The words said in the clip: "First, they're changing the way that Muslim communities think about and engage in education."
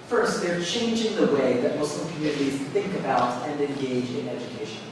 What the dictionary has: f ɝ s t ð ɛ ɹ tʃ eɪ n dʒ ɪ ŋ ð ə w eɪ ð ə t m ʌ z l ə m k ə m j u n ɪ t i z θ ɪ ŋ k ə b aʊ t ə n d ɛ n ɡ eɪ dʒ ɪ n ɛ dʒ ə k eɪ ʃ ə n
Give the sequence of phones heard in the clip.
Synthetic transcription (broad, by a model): f ɝ s t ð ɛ ɹ tʃ eɪ n dʒ ɪ ŋ ð ə w eɪ ð ə t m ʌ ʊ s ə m k ə m j u n ɪ t i z θ ɪ ŋ k ə b aʊ t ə n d ɛ n ɡ eɪ dʒ ɪ n ɛ dʒ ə k eɪ ʃ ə n